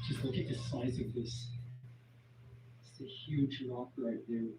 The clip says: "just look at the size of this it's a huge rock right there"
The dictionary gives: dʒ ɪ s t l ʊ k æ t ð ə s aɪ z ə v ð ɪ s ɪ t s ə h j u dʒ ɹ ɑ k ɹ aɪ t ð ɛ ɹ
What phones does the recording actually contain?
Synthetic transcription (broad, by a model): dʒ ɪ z l ʊ k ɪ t ð ə s aɪ z ə v ð ɪ s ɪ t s ə h j u dʒ l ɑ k l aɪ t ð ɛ